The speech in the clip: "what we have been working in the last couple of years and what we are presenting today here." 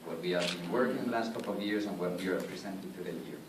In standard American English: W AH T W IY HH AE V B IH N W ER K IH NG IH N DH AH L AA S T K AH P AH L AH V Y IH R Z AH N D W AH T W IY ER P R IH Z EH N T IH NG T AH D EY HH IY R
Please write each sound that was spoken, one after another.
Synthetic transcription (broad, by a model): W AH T W IY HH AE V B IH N W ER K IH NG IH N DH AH L AA S T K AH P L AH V Y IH R S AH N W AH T W IY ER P R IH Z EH N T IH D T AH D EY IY R